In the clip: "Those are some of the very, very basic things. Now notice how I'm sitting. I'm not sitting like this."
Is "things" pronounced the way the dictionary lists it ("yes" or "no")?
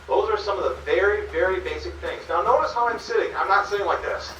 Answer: yes